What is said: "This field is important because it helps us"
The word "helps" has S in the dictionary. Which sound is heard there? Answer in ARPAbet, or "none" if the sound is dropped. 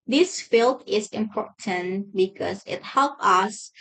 none